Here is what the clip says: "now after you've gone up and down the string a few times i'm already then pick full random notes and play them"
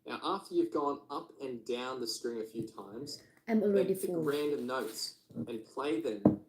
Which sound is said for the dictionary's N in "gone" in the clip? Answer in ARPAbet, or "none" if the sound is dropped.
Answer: N